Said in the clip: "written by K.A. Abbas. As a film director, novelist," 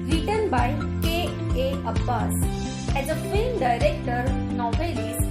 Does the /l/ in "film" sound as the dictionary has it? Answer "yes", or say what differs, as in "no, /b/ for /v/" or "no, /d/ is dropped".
no, /l/ is dropped